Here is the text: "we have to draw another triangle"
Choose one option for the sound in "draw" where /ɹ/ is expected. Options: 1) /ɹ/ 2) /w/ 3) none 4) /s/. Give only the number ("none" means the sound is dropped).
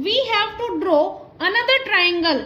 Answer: 1